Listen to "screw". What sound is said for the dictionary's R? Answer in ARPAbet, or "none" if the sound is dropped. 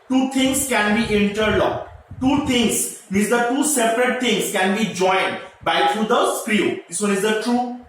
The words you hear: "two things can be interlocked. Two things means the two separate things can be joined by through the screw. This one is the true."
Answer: R